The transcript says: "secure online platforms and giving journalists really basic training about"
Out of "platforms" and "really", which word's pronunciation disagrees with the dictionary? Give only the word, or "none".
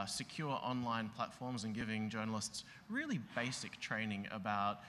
none